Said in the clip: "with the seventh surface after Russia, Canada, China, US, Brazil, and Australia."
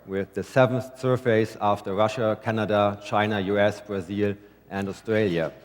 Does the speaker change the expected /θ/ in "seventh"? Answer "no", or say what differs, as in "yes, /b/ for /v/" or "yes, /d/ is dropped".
no